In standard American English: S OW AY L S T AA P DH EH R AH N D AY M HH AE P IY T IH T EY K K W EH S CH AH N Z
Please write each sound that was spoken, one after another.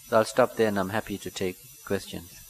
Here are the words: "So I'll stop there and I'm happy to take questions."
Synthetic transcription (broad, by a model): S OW AY L S T AA P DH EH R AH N AY M HH AE P IY T IH T EY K K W EH S CH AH N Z